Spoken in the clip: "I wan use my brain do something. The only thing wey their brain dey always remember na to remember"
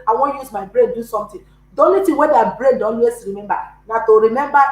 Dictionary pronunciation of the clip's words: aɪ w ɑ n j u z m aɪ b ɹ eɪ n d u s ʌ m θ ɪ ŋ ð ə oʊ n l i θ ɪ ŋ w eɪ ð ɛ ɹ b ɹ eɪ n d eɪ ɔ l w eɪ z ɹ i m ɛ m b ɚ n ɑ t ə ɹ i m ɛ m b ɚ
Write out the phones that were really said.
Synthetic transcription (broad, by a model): aɪ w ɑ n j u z m aɪ b ɹ eɪ n d u s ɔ m t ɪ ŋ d oʊ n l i t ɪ w eɪ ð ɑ b ɹ eɪ n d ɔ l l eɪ s ɹ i m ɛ m b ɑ n ɑ t ə ɹ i m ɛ m b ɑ